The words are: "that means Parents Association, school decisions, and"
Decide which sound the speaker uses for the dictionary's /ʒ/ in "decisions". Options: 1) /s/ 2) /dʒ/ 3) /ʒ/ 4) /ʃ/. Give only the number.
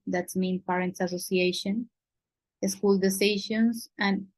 4